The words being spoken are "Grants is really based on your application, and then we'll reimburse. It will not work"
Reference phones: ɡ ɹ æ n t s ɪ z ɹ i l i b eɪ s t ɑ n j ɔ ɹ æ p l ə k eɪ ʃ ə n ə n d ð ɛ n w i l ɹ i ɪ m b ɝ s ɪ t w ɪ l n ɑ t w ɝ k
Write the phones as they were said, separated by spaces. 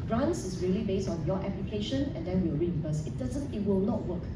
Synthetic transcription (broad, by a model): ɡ ɹ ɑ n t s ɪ s ɹ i l i b eɪ s t ɑ n j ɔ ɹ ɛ p l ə k eɪ ʃ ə n ə n d ɛ n w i w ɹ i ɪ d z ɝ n ɪ t w ɪ l n ɑ t w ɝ k